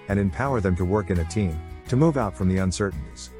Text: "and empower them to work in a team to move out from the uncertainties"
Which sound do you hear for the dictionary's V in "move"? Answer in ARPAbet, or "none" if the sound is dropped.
V